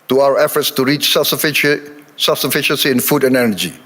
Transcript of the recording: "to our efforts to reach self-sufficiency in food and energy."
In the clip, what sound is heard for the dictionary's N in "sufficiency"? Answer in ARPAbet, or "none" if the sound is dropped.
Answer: N